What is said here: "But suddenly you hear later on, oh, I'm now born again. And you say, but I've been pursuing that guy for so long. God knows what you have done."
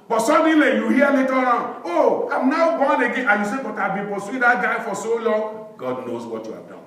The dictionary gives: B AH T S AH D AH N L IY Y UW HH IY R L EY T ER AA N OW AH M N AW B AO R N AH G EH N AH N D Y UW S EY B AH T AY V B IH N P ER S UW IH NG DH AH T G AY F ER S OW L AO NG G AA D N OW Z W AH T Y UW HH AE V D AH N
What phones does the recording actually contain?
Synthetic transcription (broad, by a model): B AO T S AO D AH L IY Y UW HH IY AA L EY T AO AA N OW AH M N AW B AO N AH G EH AH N Y UW S EY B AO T AY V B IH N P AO S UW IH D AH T G AY F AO S OW L AO NG G AA D N OW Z W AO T Y UW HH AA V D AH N